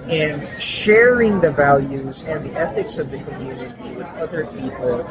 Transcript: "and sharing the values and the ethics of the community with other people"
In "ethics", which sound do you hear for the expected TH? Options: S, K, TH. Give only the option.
TH